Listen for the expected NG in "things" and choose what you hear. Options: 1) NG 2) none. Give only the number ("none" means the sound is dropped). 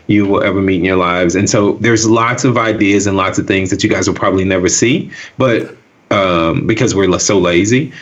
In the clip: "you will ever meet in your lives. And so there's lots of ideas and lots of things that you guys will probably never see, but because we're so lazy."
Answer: 1